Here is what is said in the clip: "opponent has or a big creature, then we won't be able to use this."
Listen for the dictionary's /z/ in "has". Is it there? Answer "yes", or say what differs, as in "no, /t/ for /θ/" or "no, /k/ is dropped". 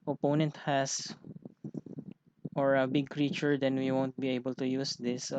no, /s/ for /z/